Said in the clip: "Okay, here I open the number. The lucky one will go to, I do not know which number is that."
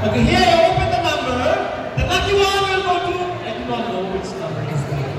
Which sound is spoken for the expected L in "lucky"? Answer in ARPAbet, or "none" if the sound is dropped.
N